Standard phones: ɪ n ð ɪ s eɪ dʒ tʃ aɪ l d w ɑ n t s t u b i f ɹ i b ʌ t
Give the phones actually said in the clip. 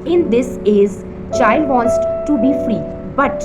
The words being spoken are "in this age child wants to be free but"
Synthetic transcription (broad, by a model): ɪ n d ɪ s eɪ z tʃ aɪ l d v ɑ n t s t u b i f ɹ i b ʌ t